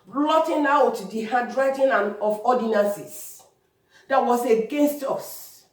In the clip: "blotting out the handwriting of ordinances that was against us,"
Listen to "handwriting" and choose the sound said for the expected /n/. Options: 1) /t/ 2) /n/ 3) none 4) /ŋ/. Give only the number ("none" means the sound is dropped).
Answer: 3